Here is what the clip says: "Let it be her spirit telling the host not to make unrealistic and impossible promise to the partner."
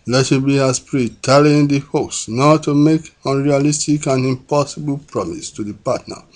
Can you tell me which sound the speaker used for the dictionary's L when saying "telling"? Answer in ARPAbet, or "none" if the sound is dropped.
none